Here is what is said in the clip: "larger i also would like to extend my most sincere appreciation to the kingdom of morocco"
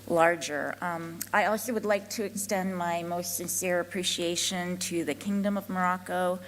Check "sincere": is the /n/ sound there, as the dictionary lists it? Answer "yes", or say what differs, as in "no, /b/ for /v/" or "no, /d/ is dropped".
yes